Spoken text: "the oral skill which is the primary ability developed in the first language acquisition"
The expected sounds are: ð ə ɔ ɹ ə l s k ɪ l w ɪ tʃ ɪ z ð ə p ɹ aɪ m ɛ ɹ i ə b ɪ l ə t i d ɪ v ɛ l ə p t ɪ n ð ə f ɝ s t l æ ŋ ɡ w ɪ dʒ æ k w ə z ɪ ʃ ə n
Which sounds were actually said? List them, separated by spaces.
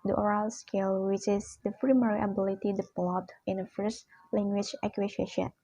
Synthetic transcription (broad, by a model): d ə ɔ ɹ ə l s k ɪ l w ɪ tʃ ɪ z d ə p ɹ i m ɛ ɹ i ə b ɪ l ə t i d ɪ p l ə t ɪ n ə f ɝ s l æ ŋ ɡ w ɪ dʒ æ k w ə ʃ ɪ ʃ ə n